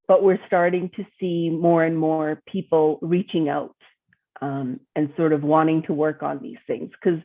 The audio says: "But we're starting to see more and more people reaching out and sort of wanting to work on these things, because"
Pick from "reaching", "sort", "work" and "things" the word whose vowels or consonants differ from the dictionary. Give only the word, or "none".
none